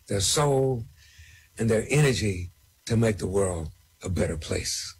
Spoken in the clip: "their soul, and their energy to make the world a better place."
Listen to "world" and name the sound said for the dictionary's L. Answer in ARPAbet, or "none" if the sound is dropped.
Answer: L